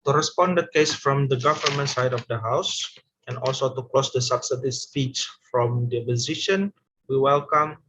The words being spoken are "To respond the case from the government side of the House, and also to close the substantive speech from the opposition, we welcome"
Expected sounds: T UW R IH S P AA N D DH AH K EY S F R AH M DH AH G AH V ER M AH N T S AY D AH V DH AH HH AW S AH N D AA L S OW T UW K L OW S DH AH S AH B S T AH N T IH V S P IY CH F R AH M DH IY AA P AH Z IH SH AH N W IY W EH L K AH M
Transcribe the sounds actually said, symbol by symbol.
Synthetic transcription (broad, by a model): T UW R IH S P AA N D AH K EY S F R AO M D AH G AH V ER M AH N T S AY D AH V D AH HH AW S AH N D AA L S OW T UW K L OW S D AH S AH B S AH T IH S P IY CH F R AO M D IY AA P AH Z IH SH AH N W IY W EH L K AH M